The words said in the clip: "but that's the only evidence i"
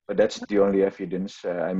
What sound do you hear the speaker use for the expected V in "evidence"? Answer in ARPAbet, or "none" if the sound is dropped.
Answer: F